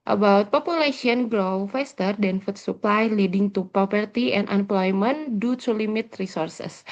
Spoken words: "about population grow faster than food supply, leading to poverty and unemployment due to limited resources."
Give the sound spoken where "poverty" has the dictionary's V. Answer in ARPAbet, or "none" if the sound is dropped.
P